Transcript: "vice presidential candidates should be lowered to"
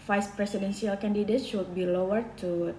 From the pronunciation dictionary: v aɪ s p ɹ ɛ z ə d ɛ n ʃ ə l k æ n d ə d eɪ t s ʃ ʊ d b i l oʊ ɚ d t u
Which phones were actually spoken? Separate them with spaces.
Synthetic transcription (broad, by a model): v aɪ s p ɹ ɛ s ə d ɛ n s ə l k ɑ n d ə d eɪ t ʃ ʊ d b i l oʊ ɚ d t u